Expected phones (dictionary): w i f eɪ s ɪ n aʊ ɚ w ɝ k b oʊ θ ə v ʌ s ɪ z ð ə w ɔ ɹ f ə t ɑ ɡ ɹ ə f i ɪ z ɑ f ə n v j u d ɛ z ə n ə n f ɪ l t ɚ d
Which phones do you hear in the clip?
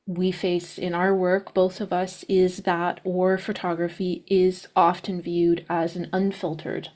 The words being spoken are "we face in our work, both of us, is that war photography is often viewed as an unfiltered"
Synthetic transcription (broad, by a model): w i f eɪ s ɪ n aʊ ɚ w ɝ k b oʊ θ ə v ʌ s ɪ z ð ə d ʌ ɹ f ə t ɑ ɡ ɹ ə f i ɪ z ɑ f ə n v j u d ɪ z ə n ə n f ɪ l t ɚ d